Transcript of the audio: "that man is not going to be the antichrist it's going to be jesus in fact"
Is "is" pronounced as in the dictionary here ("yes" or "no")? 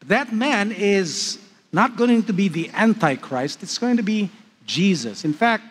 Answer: yes